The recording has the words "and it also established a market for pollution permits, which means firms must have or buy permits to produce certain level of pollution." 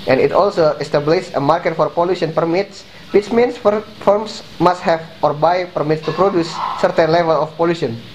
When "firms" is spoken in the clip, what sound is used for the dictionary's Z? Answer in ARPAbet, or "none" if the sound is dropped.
S